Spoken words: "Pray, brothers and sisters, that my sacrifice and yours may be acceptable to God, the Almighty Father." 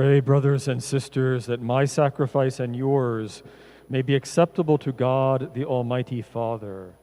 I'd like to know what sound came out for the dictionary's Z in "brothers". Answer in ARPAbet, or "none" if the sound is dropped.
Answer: Z